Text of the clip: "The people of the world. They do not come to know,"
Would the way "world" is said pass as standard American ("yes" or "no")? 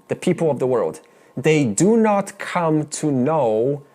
yes